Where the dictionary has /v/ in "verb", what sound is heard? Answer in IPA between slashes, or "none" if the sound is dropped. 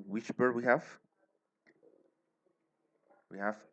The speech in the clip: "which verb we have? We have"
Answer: /b/